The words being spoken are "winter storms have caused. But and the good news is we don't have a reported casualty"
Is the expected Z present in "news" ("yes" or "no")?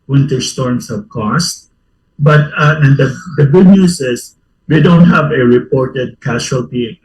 no